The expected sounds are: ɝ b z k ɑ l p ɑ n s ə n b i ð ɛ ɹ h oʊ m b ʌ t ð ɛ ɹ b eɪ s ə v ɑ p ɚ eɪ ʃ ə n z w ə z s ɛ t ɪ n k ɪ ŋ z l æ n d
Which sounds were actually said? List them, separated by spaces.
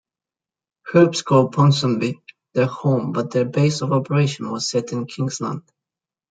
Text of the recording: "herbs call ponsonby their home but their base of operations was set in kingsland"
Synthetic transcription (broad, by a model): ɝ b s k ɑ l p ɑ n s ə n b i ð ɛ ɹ h oʊ m b ʌ t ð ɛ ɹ b eɪ s ə v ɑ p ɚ eɪ ʃ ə n w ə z s ɛ t ɪ n k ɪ ŋ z l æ n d